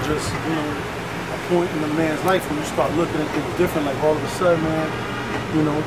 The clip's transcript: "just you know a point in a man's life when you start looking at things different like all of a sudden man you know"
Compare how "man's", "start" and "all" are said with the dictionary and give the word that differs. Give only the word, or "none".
none